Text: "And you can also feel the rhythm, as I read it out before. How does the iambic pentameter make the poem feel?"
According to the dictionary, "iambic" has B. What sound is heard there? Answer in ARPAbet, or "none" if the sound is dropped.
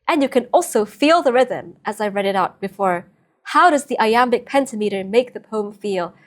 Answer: B